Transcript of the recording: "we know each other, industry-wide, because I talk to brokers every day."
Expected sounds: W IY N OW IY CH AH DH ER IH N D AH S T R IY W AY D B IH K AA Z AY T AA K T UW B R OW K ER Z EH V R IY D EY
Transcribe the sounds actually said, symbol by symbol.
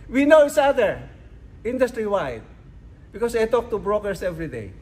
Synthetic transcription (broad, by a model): W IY N OW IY S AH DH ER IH N D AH S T R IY W AY D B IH K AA S AY T AA K T UW B R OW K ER S EH V R IY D EY